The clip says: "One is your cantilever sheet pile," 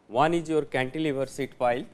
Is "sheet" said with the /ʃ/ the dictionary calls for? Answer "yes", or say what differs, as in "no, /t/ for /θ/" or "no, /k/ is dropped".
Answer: no, /s/ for /ʃ/